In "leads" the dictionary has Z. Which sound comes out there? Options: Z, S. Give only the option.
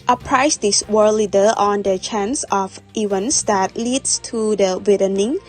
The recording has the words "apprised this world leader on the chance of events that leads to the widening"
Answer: S